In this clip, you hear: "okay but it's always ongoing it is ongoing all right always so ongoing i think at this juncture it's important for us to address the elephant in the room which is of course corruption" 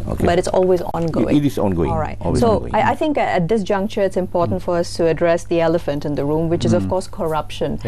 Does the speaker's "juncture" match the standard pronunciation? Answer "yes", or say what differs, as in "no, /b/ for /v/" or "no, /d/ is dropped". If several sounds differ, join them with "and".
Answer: yes